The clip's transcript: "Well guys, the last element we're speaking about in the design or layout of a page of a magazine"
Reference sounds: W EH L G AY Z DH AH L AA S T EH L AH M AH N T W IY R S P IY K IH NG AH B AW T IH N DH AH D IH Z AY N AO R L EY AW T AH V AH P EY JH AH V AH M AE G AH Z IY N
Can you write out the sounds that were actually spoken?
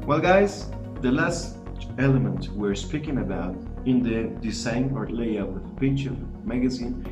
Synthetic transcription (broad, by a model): W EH L G AY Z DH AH L AA S T EH L AH M AH N T W IY R S P IY K IH NG AH B AW T IH N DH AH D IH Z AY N AO R L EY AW AH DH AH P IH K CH AH M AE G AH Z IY N